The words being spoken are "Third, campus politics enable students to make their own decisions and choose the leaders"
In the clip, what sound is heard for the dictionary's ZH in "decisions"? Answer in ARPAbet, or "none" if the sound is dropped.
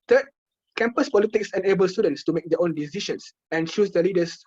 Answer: SH